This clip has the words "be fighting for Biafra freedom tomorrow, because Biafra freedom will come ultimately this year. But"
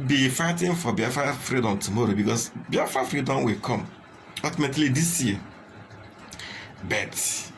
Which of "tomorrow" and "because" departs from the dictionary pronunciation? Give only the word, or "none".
because